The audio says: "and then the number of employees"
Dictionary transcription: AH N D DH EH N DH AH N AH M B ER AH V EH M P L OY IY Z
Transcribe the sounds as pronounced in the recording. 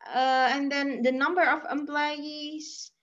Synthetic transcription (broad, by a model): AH N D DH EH N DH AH N AH M B ER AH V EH M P L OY IY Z